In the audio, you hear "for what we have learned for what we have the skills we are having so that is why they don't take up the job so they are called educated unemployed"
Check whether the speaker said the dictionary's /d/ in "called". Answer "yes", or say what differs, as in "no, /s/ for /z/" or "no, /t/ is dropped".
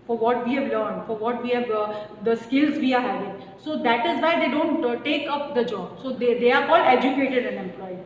no, /d/ is dropped